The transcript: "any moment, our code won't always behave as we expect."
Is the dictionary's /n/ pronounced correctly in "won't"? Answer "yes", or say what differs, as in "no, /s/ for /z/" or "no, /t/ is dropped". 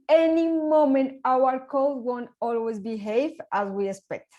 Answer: yes